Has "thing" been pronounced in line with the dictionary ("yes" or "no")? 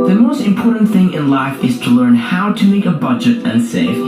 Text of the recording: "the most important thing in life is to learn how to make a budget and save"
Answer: yes